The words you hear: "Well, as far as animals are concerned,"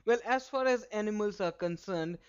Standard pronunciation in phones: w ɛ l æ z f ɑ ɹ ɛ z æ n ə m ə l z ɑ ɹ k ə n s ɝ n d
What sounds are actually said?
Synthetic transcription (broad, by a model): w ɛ l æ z f ɑ ɹ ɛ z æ n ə m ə l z ɑ ɹ k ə n s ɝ n d